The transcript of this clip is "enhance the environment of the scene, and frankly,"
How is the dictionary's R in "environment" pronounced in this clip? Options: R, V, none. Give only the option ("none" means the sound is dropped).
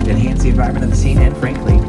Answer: none